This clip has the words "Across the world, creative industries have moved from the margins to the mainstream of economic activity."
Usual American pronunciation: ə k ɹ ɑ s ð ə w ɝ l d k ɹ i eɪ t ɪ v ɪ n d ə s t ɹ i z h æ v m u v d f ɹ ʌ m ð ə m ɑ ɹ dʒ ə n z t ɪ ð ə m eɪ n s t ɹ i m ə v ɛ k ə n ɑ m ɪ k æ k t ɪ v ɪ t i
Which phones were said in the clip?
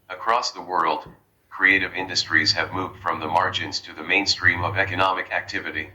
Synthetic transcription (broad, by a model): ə k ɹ ɑ s ð ə w ɝ l d k ɹ i eɪ t ɪ v ɪ n d ə s t ɹ i z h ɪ v m u v d f ɹ ʌ m ð ə m ɑ ɹ dʒ ə n z t ɪ ð ə m eɪ n s t ɹ i m ə v ɛ k ə n ɑ m ɪ k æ k t ɪ v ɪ t i